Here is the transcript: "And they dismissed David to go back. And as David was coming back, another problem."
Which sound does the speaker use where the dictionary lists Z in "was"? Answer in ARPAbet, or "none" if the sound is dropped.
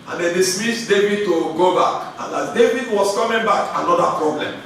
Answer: S